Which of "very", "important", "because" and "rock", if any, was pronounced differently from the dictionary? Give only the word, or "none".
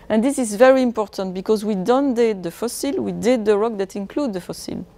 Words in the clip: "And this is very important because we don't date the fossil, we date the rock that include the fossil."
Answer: none